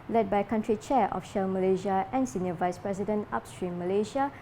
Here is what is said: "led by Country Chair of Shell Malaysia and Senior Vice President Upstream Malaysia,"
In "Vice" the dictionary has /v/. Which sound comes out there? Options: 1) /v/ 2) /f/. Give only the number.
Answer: 1